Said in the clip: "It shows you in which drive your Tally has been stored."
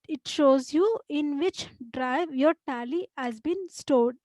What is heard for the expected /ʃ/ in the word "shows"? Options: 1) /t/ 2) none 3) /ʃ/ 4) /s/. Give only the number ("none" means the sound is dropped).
3